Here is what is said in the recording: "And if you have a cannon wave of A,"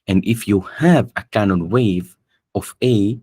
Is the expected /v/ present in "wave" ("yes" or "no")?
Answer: yes